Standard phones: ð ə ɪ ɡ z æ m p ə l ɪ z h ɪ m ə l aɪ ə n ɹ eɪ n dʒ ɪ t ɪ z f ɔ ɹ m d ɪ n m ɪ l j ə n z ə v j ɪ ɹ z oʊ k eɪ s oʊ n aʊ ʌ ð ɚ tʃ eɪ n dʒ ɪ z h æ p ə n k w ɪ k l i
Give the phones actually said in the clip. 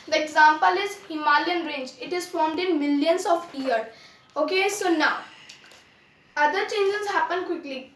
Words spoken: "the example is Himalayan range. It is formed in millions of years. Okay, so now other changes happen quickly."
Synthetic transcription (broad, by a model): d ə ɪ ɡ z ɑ m p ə l ɪ z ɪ m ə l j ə n ɹ eɪ n dʒ ɪ t ɪ z f ɔ ɹ m d ɪ n m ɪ l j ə n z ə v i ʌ ɹ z oʊ k eɪ s oʊ n aʊ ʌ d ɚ tʃ eɪ n dʒ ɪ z h æ p ə n k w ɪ k l i